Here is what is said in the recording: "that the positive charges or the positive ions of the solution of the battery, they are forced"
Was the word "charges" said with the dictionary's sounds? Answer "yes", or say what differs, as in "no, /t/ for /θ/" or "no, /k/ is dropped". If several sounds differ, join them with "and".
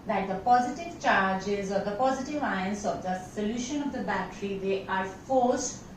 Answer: yes